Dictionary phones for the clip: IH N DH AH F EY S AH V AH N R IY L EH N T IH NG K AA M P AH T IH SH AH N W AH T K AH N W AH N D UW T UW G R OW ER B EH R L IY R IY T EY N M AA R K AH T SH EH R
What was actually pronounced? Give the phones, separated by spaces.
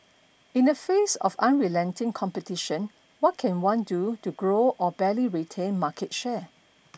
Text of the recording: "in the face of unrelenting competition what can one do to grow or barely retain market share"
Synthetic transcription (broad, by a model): IH N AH F EY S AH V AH N R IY L EH N T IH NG K AA M P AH T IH SH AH N W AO T K AH N W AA N D UW T UW G R OW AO B EH L IY R IY T EY N M AA K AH T SH EH